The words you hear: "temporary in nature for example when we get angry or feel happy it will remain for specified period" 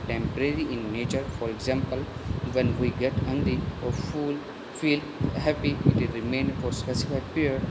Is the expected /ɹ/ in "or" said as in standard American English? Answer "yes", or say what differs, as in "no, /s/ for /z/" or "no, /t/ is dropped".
no, /l/ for /ɹ/